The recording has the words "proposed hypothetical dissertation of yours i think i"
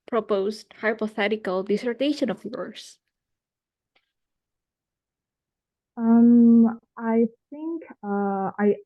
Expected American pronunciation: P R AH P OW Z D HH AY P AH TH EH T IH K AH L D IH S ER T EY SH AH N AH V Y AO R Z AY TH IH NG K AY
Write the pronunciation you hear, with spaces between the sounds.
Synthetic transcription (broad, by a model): P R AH P OW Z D HH AY P AH TH EH T IH K AH L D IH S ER T EY SH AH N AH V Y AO R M AY TH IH NG K AY